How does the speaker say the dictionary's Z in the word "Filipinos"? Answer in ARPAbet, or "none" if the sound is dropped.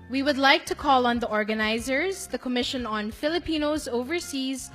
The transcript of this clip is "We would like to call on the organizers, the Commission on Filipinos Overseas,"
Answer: Z